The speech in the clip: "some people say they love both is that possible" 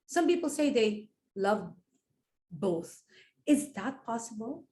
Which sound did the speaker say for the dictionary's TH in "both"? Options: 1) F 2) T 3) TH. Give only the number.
3